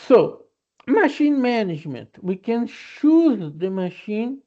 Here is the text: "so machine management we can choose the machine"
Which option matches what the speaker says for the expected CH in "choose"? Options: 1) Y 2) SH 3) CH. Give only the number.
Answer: 2